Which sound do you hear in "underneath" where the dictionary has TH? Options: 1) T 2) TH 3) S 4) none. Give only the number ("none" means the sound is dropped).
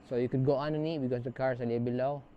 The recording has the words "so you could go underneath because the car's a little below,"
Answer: 1